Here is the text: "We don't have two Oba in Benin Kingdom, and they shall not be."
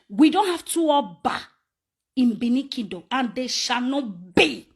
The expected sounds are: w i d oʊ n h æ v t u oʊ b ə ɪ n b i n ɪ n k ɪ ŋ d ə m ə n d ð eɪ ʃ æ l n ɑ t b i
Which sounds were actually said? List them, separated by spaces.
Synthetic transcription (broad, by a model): w i d oʊ n h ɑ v t u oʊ b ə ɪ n b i n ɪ k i d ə ə n d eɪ ʃ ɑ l n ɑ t b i